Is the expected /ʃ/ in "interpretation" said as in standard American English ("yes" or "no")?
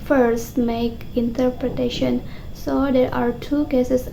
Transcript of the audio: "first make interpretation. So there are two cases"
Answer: yes